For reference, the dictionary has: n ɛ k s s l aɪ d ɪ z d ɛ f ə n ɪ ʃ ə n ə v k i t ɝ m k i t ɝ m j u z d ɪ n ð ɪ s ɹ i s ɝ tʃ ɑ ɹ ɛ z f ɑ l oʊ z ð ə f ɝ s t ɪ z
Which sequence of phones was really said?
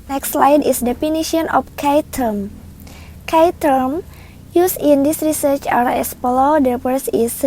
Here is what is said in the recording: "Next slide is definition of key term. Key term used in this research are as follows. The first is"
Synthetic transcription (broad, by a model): n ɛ k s s l aɪ d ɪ s d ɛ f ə n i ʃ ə n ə f k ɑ t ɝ m k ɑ t ɝ m j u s ɪ n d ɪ s ɹ i s ɝ tʃ ɑ ɹ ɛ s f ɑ l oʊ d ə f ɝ s ɪ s